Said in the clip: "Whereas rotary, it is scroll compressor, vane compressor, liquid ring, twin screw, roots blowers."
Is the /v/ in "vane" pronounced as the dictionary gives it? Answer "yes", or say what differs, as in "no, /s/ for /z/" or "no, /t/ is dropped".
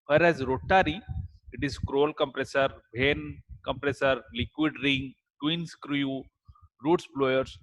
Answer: no, /b/ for /v/